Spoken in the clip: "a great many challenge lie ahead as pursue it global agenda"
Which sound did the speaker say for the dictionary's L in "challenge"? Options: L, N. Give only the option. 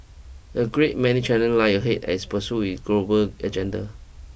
N